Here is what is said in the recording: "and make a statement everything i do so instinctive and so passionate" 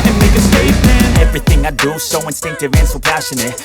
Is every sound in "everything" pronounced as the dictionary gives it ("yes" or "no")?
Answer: yes